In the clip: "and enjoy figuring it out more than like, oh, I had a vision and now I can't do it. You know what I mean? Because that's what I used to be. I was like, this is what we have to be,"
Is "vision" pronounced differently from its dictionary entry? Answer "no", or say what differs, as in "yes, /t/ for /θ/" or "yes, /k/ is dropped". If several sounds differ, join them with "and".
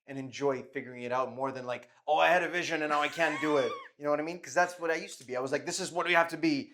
no